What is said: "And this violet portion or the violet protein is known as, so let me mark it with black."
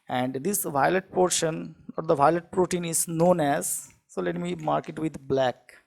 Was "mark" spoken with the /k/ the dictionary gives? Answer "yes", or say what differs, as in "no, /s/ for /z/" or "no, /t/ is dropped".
yes